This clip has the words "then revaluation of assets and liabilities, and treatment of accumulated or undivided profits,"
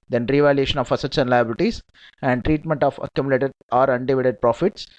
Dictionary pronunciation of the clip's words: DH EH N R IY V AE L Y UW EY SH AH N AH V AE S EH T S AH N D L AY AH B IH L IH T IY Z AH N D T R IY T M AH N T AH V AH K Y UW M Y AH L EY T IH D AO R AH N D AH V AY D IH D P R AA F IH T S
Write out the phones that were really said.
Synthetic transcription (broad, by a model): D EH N R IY V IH L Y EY SH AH N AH F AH S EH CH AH N L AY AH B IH L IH T IY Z AH N D T R IY T M AH N T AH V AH K Y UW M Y L EY T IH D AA R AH N D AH V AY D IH D P R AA F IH T S